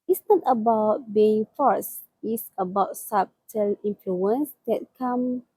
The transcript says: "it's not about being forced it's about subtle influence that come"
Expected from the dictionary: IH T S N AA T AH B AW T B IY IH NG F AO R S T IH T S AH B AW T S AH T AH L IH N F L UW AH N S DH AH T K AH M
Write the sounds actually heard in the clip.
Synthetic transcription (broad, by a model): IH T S N AA T AH B AW T B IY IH NG F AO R S IH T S AH B AW T S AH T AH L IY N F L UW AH N S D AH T K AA M